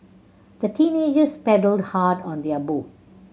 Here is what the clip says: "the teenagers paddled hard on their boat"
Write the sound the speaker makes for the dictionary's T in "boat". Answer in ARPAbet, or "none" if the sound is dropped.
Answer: none